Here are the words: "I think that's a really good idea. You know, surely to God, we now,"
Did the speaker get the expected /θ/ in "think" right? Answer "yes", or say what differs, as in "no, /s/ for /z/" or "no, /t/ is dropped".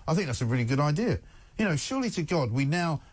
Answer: yes